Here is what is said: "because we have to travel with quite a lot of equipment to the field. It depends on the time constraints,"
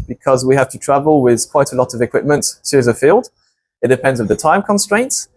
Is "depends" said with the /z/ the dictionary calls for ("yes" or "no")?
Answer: yes